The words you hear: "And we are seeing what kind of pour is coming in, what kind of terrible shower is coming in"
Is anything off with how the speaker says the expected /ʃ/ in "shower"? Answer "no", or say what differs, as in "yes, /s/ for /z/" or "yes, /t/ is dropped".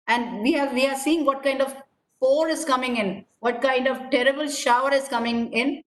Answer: no